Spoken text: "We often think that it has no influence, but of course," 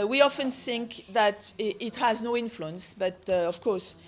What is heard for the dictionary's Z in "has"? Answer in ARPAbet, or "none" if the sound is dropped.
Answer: Z